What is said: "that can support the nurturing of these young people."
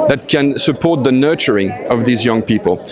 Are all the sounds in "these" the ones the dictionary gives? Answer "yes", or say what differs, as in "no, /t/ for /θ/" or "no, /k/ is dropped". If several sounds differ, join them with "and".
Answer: yes